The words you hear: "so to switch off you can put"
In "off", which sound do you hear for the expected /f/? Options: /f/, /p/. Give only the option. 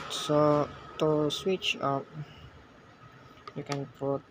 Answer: /p/